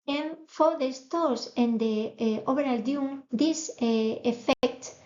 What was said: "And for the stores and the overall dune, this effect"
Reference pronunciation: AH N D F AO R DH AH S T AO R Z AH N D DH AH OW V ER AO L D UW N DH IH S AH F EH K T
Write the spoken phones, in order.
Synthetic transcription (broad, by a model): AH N F AO R DH AH S T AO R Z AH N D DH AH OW B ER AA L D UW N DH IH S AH F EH K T